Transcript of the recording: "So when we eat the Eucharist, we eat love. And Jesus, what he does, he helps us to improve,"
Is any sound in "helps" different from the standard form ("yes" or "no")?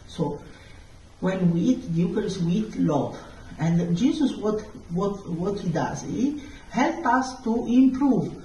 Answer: yes